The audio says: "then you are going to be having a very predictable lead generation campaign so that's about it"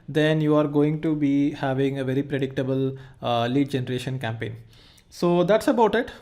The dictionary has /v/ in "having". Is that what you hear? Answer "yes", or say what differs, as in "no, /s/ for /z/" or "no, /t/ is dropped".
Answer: yes